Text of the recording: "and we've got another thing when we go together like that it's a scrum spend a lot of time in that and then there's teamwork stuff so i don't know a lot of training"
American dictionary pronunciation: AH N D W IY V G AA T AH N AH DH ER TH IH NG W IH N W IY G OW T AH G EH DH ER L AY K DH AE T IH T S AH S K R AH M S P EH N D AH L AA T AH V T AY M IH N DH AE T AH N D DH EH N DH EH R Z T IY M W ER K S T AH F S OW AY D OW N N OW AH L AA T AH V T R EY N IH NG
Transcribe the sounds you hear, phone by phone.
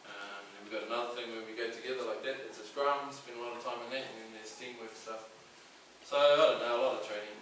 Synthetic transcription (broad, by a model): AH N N W IY V G AA T AH N AH DH ER TH IH NG W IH N W IY G OW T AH G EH DH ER L AY K DH AE T IH T S AH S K R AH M S B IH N AH L AA T AH V T AY M IH N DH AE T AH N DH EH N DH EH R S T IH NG W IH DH S T AH F S OW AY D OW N N OW AH L AA T AH V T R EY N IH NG